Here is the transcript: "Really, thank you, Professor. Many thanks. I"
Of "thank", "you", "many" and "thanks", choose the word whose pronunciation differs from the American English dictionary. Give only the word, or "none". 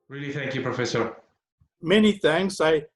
thanks